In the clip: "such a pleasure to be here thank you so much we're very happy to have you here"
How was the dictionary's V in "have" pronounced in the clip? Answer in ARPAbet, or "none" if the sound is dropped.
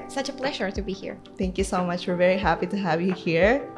V